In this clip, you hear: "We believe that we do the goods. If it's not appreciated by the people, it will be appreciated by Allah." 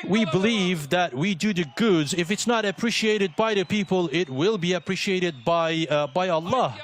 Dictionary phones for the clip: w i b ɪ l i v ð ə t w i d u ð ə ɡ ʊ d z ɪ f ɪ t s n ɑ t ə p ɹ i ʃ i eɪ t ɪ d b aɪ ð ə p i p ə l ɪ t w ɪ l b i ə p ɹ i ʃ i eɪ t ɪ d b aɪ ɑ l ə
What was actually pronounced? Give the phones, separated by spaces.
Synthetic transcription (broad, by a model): w i b ɪ l i v ð ə t w i d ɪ ð ə ɡ ʊ d z ɪ f ɪ t s n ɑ t ə p ɹ i ʃ i eɪ t ɪ d b aɪ ð ə p i p ə l ɪ t w ɪ l b i ə p ɹ i ʃ i eɪ t ɪ d b aɪ ɑ l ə